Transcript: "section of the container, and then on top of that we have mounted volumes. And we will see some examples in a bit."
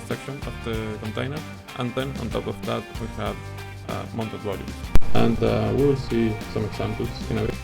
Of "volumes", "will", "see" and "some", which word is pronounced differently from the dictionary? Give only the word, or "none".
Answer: volumes